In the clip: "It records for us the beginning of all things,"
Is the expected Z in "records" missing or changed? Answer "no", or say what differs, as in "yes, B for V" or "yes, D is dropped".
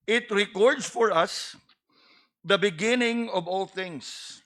yes, S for Z